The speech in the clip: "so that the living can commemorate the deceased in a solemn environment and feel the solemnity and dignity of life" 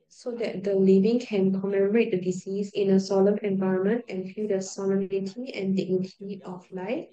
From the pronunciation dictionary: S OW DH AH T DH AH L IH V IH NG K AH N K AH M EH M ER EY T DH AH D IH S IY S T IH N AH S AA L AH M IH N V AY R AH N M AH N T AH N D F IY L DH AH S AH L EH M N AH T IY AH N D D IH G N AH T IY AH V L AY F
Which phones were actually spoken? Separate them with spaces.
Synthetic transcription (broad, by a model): S OW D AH T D AH L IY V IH NG K AH N K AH M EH M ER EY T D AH D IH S IY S IH N AH S AA L AH M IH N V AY R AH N M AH N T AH N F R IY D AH S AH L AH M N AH T IY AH N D D IH G N AH T IY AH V L AY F